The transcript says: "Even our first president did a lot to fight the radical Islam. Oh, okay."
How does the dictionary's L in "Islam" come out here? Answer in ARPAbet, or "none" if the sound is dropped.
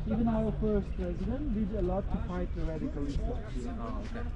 none